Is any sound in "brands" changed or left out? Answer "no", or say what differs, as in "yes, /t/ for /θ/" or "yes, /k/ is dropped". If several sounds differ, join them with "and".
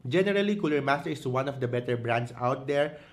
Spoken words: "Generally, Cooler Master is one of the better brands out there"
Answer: yes, /s/ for /z/